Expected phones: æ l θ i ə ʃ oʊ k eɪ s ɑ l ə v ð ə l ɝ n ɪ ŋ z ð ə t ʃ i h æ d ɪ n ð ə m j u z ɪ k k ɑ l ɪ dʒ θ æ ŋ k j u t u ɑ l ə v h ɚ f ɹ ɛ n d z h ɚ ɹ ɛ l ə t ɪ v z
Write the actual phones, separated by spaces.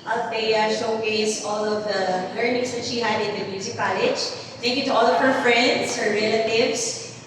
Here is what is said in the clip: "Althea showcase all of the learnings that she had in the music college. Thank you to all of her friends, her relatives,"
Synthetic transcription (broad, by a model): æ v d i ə ʃ oʊ k eɪ s ɑ l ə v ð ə l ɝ n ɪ ŋ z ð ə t ʃ i h æ d ɪ n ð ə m j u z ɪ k k ɑ l ɪ dʒ t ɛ k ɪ t u ɑ l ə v h ɚ f ɹ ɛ n d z h ɚ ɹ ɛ l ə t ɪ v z